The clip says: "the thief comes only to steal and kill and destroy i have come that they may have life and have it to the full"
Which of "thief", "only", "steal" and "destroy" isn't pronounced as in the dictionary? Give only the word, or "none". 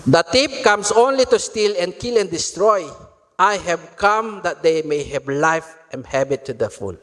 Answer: thief